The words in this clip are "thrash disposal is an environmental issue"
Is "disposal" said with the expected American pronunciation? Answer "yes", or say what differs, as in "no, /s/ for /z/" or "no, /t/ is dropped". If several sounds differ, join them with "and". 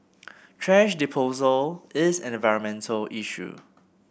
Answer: no, /s/ is dropped